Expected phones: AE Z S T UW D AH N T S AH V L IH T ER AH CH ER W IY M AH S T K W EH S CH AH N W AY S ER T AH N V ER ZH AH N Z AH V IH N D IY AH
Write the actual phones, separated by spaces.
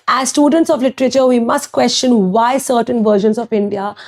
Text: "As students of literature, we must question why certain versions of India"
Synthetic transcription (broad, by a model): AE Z S T UW D AH N T S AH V L IH T ER AH CH ER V IY M AH S T K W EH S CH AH N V AY S ER T AH N V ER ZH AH N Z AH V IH N D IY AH